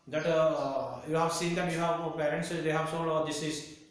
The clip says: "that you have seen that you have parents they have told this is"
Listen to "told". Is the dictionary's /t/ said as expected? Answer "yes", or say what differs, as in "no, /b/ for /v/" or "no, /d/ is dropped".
no, /s/ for /t/